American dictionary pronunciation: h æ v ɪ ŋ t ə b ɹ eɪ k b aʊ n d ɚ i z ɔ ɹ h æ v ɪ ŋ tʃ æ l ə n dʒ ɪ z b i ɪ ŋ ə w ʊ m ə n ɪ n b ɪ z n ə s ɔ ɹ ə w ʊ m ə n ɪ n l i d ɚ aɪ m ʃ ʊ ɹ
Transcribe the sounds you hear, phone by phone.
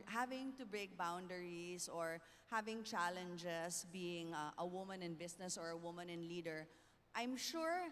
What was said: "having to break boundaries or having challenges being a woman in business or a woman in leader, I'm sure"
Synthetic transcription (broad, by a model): h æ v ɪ ŋ t ə b ɹ eɪ k b aʊ n d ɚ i s ɔ ɹ h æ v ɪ ŋ tʃ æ l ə n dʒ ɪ s b i ɪ ŋ ə w ʊ m ə n ɪ n b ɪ s n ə s ɔ ɹ ə w ʊ m ə n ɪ n l i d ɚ aɪ m ʃ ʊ ɹ